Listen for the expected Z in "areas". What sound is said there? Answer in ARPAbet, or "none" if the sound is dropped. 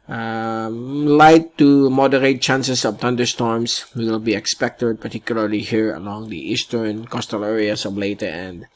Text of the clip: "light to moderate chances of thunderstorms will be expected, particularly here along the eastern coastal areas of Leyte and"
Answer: S